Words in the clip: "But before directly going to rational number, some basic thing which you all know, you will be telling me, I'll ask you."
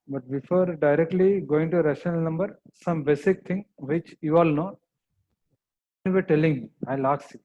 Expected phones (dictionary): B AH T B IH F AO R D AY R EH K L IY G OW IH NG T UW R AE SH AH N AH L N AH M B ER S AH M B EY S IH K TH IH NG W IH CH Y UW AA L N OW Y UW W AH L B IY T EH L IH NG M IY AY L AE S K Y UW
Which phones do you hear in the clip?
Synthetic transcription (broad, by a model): B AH T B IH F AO R D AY R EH K L IY G OW IH NG T UW R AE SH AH N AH L N AH M B ER S AH M B EY S IH K T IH NG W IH CH Y UW AA L N OW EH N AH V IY T EH L IH NG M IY AY L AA K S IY